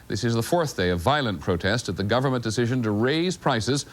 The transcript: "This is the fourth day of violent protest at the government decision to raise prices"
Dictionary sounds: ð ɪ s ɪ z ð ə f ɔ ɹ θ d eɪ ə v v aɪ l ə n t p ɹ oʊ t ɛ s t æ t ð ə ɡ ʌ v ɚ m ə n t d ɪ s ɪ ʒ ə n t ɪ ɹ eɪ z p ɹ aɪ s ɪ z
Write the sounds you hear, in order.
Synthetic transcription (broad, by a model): ð ɪ s ɪ z ð ə f ɔ ɹ θ d eɪ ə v v aɪ l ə n p ɹ oʊ t ɛ s t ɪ t ð ə ɡ ʌ v ɚ m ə n d ɪ s ɪ ʒ ə n t ɪ ɹ eɪ z p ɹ aɪ s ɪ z